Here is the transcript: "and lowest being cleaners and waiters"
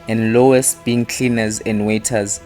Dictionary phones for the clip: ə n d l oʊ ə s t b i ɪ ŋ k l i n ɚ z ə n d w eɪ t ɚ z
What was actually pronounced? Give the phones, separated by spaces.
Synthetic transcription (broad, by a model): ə n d l oʊ ə s t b i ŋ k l i n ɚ z ə n d w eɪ t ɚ z